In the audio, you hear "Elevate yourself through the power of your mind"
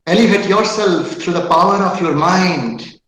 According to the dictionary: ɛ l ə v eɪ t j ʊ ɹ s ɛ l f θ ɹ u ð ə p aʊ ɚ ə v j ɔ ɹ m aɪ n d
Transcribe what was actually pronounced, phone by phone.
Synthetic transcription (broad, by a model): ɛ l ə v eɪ t j ʊ ɹ s ɛ l f t ɹ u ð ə p aʊ ɚ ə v j ɔ ɹ m aɪ n d